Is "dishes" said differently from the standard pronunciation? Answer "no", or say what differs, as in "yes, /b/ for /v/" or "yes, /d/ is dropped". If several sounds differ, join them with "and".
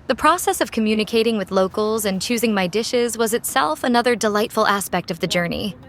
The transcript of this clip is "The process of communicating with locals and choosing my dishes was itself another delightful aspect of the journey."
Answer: no